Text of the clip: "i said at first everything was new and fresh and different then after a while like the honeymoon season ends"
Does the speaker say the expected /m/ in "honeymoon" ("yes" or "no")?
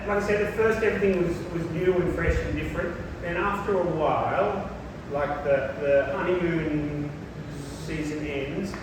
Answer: no